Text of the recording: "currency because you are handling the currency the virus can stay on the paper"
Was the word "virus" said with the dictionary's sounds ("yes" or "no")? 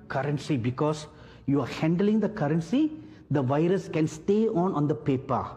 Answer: yes